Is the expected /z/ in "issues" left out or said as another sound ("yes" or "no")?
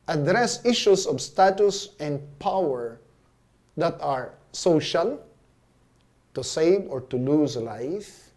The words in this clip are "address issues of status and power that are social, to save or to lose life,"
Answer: yes